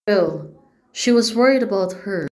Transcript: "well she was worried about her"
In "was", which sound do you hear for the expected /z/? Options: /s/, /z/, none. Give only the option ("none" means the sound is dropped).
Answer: /z/